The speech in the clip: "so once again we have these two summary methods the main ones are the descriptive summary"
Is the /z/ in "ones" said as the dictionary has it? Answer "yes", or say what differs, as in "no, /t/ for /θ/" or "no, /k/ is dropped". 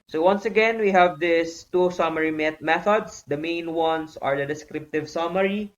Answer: no, /s/ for /z/